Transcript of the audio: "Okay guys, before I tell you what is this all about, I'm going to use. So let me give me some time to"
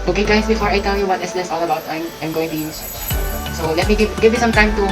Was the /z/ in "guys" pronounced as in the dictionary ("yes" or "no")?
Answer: no